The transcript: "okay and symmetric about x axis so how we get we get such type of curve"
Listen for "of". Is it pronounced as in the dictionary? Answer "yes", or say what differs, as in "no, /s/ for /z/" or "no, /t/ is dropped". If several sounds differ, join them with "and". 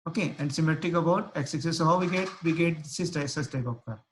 no, /p/ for /v/